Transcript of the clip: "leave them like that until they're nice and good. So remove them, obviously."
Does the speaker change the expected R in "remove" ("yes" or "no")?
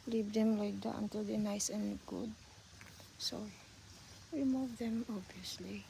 yes